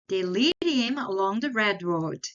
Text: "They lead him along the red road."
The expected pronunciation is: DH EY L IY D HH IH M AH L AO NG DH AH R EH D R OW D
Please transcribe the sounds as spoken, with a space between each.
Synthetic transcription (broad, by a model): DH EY L IY D HH IH M AH L AO NG DH AH R EH D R OW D